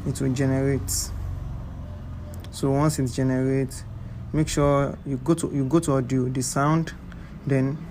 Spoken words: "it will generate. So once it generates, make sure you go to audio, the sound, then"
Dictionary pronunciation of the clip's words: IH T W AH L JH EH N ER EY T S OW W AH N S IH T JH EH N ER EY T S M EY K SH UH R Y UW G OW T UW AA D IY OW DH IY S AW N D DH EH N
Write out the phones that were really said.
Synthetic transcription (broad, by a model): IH T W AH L JH EH N ER EY T S OW W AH N S IH T JH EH N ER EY T M EY K SH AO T Y UW G OW T UW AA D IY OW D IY S AW N D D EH N